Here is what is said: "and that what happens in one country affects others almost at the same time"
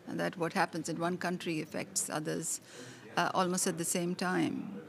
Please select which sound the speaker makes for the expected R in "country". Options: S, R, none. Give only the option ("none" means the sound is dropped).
R